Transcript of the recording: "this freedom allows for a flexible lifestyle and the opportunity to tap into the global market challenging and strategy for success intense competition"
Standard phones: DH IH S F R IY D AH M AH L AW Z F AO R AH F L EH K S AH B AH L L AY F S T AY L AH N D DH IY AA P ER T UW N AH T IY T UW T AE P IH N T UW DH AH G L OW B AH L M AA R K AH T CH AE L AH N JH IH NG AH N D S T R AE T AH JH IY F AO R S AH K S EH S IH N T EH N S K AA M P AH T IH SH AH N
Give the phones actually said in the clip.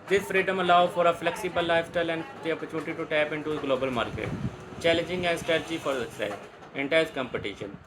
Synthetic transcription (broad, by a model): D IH S F R IY D AH M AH L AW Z F AO R AH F L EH K S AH B AH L L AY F S T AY L AH N D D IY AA P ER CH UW N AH T IY T UW T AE P IH N T UW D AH G L OW B AH L M AA R K AH T CH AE L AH N JH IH NG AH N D S T R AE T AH JH IY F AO R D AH S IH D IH N T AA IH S K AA M P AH T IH SH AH N